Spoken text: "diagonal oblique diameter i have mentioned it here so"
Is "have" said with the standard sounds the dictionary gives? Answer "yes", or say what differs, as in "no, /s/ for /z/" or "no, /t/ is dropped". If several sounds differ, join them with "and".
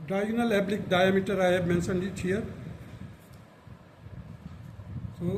no, /b/ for /v/